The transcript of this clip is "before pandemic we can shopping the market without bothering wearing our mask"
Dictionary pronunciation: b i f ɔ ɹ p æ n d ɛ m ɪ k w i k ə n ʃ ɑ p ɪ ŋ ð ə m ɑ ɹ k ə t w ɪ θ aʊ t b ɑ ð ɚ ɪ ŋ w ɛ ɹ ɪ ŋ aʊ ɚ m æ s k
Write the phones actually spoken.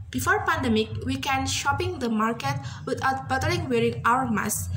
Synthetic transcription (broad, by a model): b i f ɔ ɹ p æ n d ɛ m ɪ k w i k ə n ʃ ɑ p ɪ ŋ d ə m ɑ ɹ k ə t w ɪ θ aʊ t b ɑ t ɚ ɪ ŋ w ɛ ɹ ɪ ŋ aʊ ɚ m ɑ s